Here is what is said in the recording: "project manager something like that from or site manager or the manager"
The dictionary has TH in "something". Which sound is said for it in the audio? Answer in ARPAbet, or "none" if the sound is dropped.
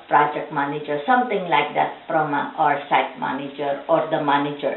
T